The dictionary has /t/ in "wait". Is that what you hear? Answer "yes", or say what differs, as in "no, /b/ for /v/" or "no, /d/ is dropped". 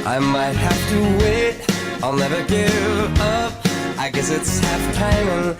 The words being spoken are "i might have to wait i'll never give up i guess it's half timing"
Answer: yes